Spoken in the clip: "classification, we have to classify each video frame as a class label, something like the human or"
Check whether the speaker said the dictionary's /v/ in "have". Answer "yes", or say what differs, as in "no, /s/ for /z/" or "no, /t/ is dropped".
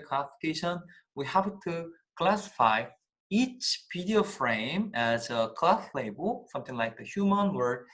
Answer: no, /p/ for /v/